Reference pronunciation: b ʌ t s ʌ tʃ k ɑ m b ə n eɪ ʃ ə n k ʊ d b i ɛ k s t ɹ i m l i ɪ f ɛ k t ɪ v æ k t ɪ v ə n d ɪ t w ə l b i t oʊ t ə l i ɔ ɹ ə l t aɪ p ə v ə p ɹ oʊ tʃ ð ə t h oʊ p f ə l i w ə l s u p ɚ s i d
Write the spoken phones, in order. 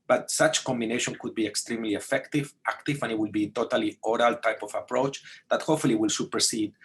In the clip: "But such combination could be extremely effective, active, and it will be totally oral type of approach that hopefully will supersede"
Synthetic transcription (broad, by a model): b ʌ t s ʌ tʃ k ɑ m b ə n eɪ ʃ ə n k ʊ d b i ɛ k s t ɹ i m l i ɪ f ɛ k t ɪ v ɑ k t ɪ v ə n ɪ t w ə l b i t oʊ t ə l i ɔ ɹ ə l t aɪ p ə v ə p ɹ oʊ tʃ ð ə t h oʊ f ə l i w ə l s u p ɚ s i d